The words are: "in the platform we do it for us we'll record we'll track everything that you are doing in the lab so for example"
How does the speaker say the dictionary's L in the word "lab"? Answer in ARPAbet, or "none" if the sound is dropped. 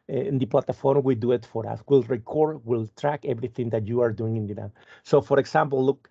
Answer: N